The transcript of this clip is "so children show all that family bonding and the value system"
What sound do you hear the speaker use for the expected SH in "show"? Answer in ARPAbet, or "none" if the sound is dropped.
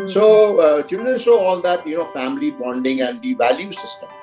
S